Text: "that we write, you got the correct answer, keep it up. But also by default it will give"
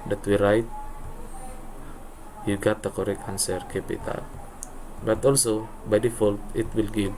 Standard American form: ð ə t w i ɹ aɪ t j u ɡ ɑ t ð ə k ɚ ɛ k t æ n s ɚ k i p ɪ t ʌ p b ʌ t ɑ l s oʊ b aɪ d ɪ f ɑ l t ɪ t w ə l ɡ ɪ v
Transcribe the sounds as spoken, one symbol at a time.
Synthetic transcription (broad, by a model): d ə t w i ɹ aɪ t j u ɡ ɑ t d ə k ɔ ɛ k ɑ n s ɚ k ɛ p ɪ t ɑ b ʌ t ɑ l s oʊ b aɪ d ɪ f ɑ l t ɪ t w ə l ɡ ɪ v